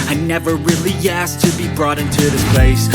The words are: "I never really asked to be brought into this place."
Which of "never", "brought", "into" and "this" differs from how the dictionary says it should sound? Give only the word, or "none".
none